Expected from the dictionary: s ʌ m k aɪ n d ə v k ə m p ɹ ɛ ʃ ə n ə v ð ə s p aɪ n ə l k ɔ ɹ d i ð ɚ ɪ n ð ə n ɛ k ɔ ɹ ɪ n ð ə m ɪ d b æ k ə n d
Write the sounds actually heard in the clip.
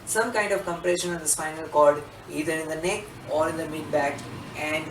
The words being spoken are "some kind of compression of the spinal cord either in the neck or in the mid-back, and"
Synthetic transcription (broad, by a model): s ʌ m k aɪ n d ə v k ə m p ɹ ɛ ʃ ə n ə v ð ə s f aɪ n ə l k ɔ l d i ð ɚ ɪ n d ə n ɛ k ɔ ɹ ɪ n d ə m ɪ d b æ k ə n d